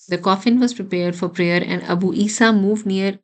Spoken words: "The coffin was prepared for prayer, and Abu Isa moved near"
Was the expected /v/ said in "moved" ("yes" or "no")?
yes